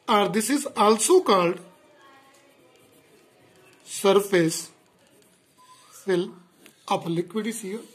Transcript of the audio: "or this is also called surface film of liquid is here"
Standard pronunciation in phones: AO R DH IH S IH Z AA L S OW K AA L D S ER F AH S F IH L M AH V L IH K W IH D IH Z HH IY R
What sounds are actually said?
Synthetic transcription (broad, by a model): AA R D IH S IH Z AA L S OW K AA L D S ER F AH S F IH L AH P L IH K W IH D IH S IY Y